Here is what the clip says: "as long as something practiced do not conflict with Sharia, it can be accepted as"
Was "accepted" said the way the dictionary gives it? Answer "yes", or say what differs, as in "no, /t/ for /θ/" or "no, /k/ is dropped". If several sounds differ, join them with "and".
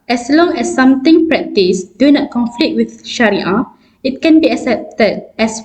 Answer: yes